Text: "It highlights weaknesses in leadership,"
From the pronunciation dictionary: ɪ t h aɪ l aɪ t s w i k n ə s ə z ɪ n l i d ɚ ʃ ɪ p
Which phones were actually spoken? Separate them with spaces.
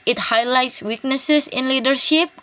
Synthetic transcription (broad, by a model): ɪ t h aɪ l aɪ t s w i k n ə s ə s ɪ n l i d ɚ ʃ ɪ p